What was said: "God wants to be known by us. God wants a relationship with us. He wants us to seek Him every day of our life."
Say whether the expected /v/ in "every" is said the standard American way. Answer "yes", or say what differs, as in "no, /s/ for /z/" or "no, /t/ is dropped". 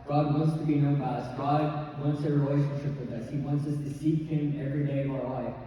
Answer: yes